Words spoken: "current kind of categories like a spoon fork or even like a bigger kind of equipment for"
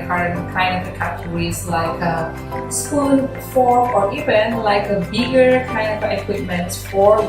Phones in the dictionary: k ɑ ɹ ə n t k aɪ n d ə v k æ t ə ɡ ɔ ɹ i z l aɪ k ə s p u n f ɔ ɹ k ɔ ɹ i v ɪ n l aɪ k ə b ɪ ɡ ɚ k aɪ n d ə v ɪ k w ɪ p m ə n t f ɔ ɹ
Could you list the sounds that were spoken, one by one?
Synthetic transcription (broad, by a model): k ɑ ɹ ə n k aɪ n d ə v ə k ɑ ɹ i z l aɪ k ə s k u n f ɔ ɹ ɔ ɹ i v ɪ n l aɪ k ə b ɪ ɡ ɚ k aɪ n d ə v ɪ k w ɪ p m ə n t f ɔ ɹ